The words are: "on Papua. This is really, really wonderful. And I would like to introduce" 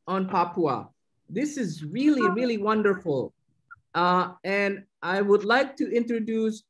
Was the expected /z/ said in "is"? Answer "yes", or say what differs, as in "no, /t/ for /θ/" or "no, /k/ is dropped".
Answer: yes